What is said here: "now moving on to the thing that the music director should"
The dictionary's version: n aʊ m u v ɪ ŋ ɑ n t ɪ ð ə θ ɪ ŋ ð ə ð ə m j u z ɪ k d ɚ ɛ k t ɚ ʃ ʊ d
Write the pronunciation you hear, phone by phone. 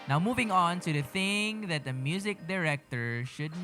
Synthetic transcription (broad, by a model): n aʊ m u v ɪ ŋ ɑ n t ɪ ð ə θ ɪ ŋ ð ə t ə m j u z ɪ k d ɚ ɛ k t ɚ ʃ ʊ d